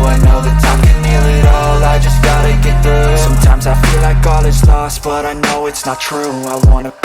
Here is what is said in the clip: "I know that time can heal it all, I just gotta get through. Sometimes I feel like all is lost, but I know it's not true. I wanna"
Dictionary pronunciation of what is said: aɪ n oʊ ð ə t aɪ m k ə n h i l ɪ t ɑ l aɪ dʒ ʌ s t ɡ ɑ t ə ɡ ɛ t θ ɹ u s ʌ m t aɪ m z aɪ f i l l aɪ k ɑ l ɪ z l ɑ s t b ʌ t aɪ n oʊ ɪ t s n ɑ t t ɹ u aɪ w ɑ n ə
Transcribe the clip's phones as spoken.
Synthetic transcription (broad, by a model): aɪ n oʊ ð ə t aɪ m k ə n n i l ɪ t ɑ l aɪ dʒ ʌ s ɡ ɑ t ə ɡ ɛ t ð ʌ s ʌ m t aɪ m z aɪ f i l l aɪ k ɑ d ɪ s l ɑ s t b ʌ t aɪ n oʊ ɪ t s n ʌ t t ɹ u aɪ w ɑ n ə